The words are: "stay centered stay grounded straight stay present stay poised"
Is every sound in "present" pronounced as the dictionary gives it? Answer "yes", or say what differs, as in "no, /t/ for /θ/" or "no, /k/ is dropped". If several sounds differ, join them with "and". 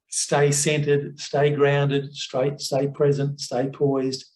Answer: yes